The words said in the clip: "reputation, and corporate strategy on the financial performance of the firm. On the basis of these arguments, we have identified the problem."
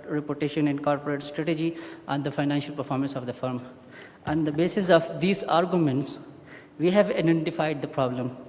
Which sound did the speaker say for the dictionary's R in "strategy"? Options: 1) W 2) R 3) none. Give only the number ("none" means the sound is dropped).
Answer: 2